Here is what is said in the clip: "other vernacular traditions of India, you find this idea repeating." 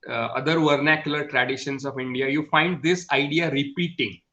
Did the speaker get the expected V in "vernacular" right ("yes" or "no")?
yes